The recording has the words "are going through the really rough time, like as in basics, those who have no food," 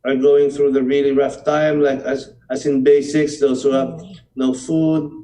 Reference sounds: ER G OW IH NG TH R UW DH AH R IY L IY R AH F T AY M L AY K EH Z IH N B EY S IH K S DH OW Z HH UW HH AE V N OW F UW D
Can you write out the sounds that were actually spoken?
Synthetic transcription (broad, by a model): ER G OW IH NG TH R UW DH AH R IY L IY R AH F T AY M L AY K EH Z IH N B EY S IH K S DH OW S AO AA P N OW F UW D